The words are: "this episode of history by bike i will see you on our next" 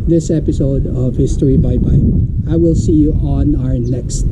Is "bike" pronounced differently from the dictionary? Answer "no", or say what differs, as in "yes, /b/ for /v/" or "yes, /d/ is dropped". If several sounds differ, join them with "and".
yes, /k/ is dropped